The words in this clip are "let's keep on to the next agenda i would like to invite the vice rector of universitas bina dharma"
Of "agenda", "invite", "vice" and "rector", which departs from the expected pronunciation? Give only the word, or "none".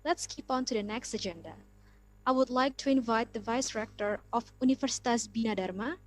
none